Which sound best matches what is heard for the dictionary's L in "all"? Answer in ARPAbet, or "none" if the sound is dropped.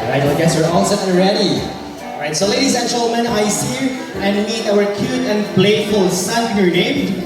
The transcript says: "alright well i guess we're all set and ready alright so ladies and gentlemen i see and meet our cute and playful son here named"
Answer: N